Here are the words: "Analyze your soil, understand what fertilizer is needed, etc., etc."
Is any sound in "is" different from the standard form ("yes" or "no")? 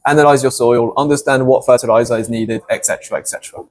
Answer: no